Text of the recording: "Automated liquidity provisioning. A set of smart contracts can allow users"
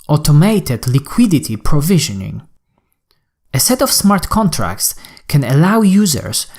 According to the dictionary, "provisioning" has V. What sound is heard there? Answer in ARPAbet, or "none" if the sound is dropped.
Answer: V